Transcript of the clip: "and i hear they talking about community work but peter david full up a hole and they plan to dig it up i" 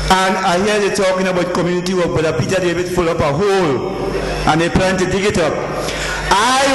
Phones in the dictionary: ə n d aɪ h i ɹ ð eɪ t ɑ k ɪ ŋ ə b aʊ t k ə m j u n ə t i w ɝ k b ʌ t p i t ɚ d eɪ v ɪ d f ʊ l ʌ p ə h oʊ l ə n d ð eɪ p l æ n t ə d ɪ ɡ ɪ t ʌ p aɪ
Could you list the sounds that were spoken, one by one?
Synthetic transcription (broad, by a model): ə n aɪ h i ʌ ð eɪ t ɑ k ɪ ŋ ə b aʊ t k ə m j u n ə t i w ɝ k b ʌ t p i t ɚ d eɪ b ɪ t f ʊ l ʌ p ə h oʊ l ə n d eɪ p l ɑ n t ə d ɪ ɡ ɪ t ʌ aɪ